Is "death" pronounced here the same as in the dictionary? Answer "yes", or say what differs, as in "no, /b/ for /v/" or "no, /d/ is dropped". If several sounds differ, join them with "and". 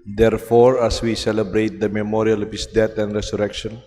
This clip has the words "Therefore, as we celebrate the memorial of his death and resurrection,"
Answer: no, /t/ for /θ/